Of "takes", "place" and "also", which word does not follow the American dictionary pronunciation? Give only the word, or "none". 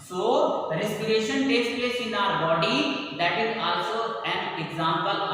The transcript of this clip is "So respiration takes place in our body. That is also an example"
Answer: none